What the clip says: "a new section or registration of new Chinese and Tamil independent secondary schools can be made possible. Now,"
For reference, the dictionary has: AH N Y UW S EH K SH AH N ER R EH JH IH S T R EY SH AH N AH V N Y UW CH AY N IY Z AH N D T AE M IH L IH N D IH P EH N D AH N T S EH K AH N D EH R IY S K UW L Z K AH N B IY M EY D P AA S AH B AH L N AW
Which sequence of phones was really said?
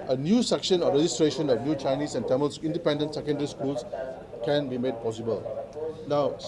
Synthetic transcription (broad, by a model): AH N Y UW S EH K SH AH N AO R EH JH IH S T R EY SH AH N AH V N Y UW CH AY N IY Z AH N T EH M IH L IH N D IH P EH N D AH N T S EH K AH N D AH R IY S K UW L S K AH N B IY M EY D P AA S AH B AH L N AW